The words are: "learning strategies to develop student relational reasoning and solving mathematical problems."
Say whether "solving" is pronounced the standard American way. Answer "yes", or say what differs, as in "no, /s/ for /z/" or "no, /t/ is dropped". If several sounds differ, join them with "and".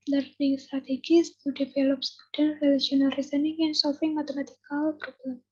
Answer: no, /f/ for /v/